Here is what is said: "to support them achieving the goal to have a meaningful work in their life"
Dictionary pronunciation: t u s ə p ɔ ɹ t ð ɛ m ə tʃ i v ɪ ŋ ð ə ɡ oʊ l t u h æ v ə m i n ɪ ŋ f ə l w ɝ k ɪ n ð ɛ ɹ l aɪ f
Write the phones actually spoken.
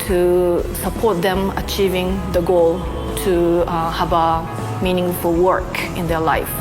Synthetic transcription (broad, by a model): t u s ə p ɔ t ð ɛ m ə tʃ i v ɪ ŋ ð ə ɡ oʊ l t u h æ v ə m i n ɪ ŋ f ə l w ɝ k ɪ n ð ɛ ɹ l aɪ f